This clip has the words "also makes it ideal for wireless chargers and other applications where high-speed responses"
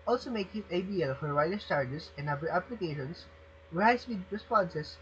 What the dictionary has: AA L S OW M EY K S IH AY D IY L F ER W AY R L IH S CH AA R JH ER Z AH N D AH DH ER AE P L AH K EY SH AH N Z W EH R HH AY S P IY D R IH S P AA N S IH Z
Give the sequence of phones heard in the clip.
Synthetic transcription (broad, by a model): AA L S OW M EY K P IH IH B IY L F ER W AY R IH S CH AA R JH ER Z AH N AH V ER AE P L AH K EY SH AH N S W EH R HH AY S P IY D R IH S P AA N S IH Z